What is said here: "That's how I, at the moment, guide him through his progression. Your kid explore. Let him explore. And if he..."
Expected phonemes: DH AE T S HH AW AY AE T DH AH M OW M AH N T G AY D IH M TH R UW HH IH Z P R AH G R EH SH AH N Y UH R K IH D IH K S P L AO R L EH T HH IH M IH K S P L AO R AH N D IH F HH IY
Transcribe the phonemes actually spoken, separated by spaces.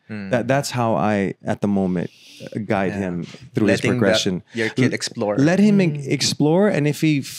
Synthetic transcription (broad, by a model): DH AE T S HH AW AY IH T DH AH M OW M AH N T G AY D IH M TH R UW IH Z P R AH G R EH SH AH N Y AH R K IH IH K S P L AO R L EH T HH IH M IH K S P L AO R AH N IH F HH IY